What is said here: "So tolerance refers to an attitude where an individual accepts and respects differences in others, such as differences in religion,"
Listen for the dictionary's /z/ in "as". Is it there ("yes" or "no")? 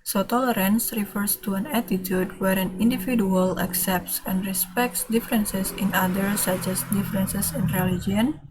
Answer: no